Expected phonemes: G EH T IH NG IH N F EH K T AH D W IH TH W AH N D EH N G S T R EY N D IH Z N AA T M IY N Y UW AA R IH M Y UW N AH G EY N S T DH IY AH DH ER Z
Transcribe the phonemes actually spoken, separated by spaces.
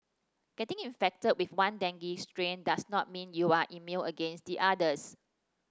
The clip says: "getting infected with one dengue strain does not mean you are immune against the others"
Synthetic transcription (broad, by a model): G EH T IH NG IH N F EH K T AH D W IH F W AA N D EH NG G S T R EY N D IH S N AA T M IY N Y UW AA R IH M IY L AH G EY N S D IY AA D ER S